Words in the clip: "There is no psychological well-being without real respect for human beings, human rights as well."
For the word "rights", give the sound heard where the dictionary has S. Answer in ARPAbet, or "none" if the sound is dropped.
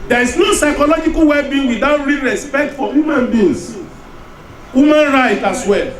none